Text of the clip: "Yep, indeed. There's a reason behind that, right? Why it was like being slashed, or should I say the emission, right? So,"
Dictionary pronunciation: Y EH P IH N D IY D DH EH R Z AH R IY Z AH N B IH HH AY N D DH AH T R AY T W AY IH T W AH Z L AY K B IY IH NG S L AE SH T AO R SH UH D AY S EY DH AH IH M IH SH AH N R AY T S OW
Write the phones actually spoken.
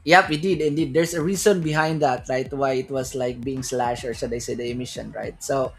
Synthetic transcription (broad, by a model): Y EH P IH N D IY D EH R S AH R IY S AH N B IH HH AY N D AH T R AY T W AY IH T W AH S L AY K B IY IH NG S L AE SH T AO R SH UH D AY S EY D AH IH M IH SH AH N R AY T S OW